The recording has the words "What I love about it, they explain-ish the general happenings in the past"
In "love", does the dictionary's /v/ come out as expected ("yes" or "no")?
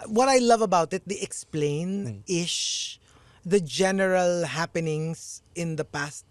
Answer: yes